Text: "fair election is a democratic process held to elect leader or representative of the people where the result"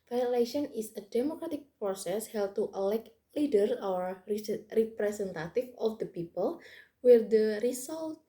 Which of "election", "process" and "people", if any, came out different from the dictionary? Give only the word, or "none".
election